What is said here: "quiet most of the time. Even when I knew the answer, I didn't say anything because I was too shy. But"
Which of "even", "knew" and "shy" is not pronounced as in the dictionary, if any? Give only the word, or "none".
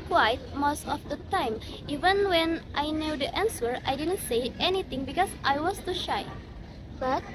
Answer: none